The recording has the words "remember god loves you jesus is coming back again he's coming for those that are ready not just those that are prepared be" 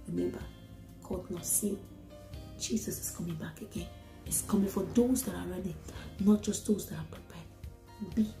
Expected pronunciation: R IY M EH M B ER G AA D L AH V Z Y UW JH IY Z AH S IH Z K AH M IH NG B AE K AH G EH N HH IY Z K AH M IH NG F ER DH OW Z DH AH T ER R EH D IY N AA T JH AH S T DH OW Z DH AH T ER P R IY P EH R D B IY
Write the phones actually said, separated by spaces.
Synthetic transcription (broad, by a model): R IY M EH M B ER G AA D N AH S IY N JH IY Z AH S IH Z K AH M IH NG B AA K AH G EH N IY S K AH M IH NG F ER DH OW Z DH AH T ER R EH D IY N AA T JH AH S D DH OW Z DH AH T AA P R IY P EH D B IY